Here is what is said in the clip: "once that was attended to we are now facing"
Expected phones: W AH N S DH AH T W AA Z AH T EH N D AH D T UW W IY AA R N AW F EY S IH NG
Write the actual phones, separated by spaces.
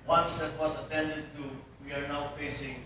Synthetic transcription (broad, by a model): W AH N S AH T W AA S AH T EH N D AH D T UW W IY AA R N AW F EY S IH NG